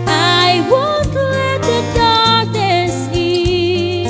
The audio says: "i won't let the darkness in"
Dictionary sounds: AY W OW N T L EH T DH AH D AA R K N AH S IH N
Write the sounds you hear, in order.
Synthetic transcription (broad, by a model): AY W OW L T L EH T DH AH D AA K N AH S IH